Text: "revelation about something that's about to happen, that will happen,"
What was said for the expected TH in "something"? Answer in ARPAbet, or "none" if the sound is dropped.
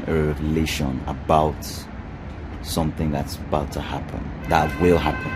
TH